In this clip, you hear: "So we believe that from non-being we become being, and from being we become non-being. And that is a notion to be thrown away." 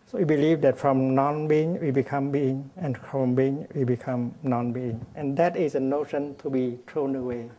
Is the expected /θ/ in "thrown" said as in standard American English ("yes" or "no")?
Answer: no